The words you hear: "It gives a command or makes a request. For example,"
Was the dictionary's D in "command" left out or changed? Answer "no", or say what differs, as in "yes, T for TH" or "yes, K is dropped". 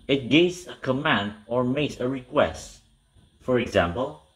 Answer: no